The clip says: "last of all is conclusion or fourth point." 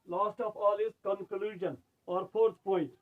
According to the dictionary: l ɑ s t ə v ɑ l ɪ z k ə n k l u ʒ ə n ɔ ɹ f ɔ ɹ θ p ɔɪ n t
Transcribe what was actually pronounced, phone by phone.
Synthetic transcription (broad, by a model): l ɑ s t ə p ɑ l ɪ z k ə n k l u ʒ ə n ɔ ɹ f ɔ ɹ t p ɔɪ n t